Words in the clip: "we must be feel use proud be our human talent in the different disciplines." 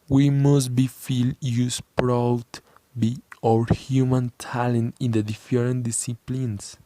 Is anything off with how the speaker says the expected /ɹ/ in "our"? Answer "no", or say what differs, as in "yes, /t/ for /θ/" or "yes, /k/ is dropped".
no